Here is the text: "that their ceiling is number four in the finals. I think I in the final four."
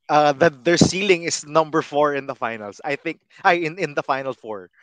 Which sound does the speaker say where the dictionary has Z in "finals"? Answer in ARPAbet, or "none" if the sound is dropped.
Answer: S